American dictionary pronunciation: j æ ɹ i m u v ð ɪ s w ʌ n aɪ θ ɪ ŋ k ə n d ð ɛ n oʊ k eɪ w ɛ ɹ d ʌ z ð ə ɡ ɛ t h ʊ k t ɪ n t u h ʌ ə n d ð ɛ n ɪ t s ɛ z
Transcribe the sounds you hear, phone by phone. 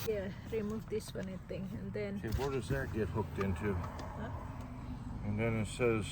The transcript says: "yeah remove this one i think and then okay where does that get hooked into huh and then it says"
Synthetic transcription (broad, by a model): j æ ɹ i m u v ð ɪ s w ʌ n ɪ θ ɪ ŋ ə n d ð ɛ n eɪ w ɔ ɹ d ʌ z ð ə ɡ ɛ t h ʊ k t ɪ n t u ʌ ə n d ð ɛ n ɪ t s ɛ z